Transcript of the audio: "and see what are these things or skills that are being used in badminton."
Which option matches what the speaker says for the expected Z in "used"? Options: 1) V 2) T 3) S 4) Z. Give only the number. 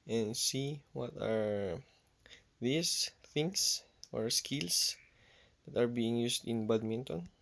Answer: 3